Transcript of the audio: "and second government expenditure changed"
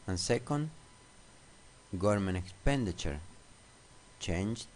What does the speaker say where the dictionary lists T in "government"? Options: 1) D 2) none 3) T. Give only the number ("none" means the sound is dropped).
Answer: 2